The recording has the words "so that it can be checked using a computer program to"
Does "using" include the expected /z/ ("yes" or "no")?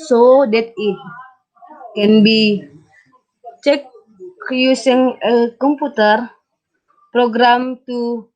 no